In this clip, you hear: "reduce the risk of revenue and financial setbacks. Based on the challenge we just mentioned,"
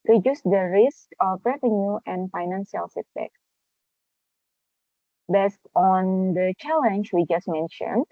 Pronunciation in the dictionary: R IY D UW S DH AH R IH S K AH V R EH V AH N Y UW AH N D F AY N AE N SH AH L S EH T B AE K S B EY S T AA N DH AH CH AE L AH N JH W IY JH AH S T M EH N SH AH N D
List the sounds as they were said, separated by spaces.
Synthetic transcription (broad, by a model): R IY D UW S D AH R IH S K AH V R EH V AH N Y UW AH N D F AY N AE N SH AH L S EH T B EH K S B EY S T AA N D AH CH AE L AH N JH W IY JH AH S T M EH N SH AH N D